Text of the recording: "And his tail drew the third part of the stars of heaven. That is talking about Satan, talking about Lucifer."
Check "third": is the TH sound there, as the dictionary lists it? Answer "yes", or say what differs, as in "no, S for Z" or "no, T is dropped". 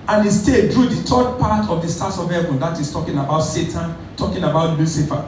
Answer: no, T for TH